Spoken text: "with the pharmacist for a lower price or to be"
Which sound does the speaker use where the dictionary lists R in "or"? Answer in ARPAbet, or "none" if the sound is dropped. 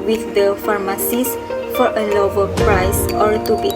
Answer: R